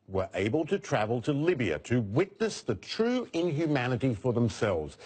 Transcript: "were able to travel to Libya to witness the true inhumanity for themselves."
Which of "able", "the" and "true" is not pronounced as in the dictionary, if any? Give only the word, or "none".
none